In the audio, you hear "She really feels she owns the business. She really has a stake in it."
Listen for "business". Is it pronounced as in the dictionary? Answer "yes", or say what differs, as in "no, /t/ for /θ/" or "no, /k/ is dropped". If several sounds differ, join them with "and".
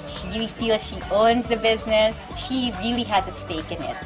yes